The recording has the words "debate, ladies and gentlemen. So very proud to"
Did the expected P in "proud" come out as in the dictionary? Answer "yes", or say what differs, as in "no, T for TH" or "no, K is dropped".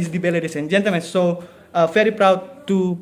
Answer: yes